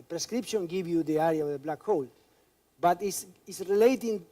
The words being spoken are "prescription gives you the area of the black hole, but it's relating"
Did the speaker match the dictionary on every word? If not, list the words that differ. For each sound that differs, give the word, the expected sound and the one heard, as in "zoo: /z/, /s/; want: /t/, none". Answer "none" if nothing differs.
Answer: gives: /z/, none; it's: /t/, /s/